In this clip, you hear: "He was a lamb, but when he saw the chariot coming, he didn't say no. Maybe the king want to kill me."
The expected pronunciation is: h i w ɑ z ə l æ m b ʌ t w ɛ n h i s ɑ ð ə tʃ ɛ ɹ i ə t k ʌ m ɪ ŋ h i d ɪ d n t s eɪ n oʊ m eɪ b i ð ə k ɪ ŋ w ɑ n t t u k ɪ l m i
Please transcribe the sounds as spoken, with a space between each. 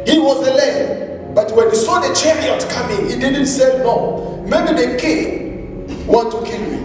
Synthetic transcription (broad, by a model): h i w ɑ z ə l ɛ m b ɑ t w ɛ n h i s ɑ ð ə tʃ ɛ ɹ i ə t k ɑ m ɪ ŋ h i d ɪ d n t s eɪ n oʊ m eɪ b i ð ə k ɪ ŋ w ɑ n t t u k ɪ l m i